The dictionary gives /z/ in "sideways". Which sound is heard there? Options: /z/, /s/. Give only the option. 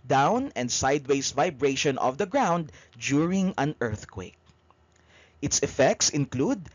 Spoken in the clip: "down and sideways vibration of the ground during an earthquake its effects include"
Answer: /s/